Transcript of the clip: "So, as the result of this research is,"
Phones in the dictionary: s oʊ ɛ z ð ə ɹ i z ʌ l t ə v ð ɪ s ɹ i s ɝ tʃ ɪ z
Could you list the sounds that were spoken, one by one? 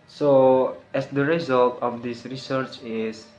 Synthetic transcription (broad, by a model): s oʊ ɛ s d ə ɹ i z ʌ l t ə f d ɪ s ɹ i s ɝ tʃ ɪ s